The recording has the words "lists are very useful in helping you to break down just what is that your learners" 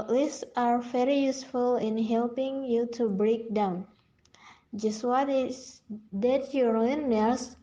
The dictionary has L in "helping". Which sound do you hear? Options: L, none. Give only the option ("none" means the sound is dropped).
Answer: L